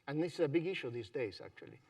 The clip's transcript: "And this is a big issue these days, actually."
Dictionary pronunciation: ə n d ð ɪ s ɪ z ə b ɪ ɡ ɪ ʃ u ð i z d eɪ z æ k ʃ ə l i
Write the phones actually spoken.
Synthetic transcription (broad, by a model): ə n ð ɪ s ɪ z ə b ɪ ɡ ɪ ʃ u ð i z d eɪ z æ k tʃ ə l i